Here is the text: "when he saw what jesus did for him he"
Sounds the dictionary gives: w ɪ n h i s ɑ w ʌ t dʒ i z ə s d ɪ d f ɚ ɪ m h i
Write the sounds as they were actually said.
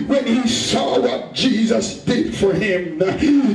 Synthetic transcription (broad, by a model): w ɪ n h i s ɑ w ʌ t dʒ i z ə s d ɪ d f ɚ ɪ m